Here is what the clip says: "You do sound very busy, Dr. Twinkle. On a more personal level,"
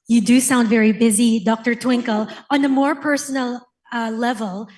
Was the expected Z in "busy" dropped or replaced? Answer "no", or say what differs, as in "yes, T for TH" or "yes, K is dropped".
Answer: no